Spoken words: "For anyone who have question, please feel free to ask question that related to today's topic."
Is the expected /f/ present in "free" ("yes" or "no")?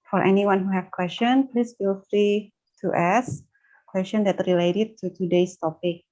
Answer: yes